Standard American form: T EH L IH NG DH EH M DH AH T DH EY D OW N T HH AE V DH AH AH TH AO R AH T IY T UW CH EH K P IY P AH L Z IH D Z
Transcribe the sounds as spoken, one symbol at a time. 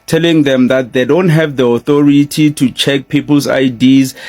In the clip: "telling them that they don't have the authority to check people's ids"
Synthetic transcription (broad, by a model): T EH L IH NG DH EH M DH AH T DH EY D OW N T HH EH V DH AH AH TH AO R AH T IY T UW CH EH K P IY P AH L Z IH D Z